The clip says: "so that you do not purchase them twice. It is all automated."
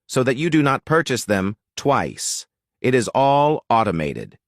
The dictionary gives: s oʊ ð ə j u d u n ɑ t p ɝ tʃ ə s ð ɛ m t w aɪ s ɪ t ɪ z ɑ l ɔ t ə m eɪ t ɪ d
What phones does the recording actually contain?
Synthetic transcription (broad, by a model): s oʊ ð ə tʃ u d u n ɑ t p ɝ tʃ ə s ð ɛ m t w aɪ s ɪ t ɪ z ɑ l ɔ t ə m eɪ t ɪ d